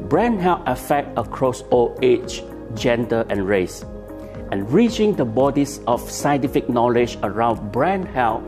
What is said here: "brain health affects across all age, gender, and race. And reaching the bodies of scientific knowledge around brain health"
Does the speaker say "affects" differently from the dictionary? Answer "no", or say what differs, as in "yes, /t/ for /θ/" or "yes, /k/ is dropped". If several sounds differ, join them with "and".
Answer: yes, /s/ is dropped